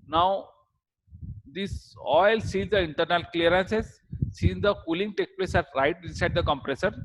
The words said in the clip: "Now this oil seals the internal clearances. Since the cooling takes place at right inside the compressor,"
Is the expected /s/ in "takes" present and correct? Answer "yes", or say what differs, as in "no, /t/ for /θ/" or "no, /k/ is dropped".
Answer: no, /s/ is dropped